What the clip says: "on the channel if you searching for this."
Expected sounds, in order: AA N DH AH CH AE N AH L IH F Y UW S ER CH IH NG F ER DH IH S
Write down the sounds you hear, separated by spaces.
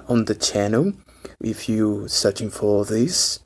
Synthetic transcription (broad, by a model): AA N DH AH CH AE N AH L IH F Y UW S ER CH IH NG F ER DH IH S